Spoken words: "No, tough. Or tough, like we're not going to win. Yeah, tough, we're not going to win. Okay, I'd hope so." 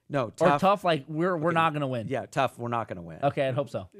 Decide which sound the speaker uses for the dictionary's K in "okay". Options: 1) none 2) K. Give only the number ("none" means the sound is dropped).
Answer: 2